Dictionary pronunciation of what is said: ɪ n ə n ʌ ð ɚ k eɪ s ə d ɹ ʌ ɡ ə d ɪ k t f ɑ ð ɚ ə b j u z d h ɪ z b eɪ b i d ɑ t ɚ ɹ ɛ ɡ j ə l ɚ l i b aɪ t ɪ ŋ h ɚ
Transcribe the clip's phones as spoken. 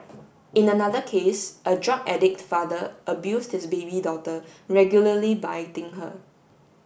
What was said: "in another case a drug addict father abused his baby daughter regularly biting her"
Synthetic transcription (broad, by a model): ɪ n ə n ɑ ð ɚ k eɪ s ə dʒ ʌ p ə d ɪ k t f ɑ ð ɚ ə b j u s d h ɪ s b eɪ b i d ɑ t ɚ ɹ ɛ ɡ j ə l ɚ l i b aɪ t ɪ ŋ h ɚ